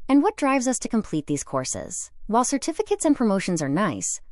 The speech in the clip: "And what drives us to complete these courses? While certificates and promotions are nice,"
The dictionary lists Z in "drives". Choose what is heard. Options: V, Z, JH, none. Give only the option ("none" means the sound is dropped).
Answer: Z